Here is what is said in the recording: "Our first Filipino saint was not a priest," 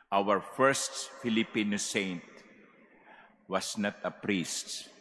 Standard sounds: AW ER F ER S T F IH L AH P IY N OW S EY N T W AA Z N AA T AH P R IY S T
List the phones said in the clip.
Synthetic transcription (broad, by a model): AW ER F ER S T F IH L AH P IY N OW S EY N T W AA S N AA T AH P R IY S T